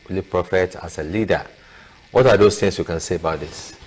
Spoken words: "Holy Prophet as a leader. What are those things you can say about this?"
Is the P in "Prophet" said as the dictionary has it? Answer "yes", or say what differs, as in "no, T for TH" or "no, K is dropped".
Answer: yes